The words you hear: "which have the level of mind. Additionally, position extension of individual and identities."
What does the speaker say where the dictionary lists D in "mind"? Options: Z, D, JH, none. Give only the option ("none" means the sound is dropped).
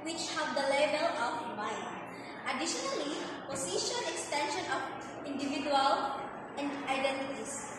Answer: none